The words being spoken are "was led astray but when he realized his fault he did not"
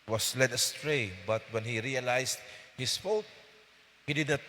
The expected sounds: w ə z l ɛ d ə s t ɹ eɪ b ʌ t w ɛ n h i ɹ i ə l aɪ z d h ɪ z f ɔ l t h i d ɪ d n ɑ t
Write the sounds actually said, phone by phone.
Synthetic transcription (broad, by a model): w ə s l ɛ d ə s t ɹ eɪ b ʌ t w ɛ n h i ɹ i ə l aɪ s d h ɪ s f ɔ t h i d ɪ d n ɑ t